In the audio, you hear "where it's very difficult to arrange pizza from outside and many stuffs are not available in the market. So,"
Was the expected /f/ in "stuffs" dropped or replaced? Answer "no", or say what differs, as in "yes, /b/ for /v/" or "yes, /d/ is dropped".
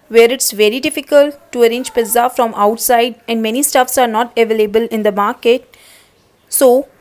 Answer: no